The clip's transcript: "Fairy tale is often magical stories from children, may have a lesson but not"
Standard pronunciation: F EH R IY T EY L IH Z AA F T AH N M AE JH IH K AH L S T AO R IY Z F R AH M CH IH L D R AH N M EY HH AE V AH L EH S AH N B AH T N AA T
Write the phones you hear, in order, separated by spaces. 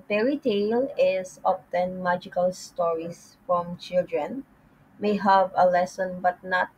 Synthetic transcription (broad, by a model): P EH R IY T EY L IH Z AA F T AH N M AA JH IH K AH L S T AO R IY S F R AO M CH IH L D R AH N M EY HH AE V AH L EH S AH N B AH T N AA T